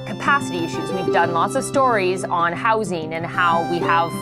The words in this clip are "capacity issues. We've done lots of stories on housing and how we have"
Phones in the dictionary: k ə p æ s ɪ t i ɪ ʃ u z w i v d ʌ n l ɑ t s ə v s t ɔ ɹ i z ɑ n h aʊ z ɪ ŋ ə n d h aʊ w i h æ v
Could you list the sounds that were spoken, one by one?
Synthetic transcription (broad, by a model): k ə p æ s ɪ t i ɪ ʃ u z w i v d ʌ n l ɑ t s ə v s t ɔ ɹ i z n h aʊ z ɪ ŋ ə n h aʊ w i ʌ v